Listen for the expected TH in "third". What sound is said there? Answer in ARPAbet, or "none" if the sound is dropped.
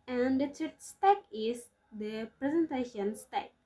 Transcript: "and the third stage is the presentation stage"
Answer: S